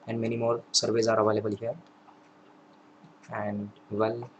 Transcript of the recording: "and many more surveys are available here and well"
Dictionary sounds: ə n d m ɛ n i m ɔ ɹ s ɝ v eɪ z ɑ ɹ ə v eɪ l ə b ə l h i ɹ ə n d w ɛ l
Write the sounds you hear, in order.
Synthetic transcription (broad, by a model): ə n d m ɛ n i m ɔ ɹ s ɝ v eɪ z ɑ ɹ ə b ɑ l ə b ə l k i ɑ ə n d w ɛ l